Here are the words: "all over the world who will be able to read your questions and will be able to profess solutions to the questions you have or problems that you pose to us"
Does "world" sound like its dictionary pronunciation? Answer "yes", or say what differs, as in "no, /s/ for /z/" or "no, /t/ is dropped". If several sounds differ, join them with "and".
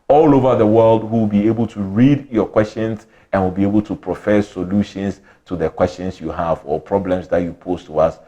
yes